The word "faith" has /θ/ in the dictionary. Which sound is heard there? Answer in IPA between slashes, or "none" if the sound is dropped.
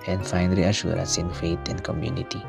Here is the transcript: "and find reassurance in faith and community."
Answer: /t/